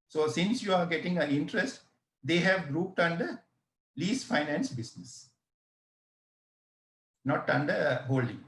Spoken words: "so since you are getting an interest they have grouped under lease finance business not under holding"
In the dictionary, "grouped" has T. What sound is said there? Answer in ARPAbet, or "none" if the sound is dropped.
T